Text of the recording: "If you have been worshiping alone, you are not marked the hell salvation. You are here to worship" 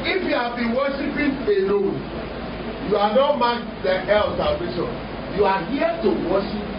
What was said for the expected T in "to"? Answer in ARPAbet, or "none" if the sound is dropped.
T